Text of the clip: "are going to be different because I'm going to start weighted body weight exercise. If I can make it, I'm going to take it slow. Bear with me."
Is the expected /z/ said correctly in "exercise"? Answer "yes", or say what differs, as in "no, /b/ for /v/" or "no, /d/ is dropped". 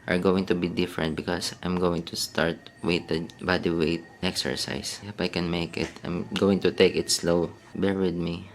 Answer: no, /s/ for /z/